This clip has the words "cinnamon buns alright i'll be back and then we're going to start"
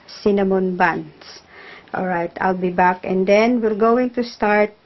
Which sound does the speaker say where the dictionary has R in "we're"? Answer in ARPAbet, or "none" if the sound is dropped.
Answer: L